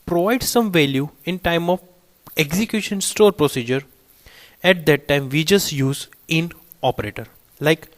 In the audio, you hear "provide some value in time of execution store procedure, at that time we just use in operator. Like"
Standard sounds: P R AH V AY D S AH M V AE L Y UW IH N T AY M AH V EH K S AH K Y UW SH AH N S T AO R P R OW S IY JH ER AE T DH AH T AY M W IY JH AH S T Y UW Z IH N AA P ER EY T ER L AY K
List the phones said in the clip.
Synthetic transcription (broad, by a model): P R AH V AY D S AH M V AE L Y UW IH N T AY M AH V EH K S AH K Y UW SH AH N S T AO R P R OW S IY JH ER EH T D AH T AY M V IY JH AH S T Y UW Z IH N AA P ER EY T ER L AY K